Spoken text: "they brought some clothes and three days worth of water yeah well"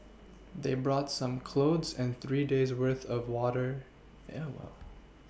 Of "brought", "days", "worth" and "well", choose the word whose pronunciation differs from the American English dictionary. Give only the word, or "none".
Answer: none